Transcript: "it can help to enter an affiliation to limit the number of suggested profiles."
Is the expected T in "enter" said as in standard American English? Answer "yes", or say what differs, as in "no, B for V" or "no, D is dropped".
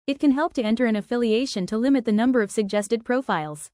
yes